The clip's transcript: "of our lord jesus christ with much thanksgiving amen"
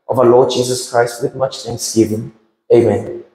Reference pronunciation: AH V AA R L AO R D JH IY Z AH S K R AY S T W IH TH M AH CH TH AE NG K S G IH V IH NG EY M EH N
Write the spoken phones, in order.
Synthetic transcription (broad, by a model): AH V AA L AO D JH IY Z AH S K R AY S T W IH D M AH CH T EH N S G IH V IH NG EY M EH N